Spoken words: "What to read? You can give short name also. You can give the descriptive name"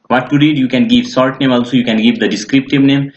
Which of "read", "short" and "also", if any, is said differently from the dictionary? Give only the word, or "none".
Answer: short